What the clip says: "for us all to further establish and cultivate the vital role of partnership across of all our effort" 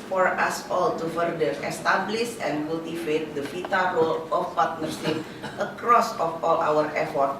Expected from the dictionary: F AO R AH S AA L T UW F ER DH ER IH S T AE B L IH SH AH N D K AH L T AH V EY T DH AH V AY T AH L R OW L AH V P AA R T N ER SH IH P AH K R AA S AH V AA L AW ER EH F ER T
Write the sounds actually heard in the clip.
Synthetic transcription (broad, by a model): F AO R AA S AA L T UW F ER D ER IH S T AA B L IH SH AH N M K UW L T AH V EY T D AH F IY T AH R OW L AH F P AA R T N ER S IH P AH K R AA S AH F AA L AW ER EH F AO T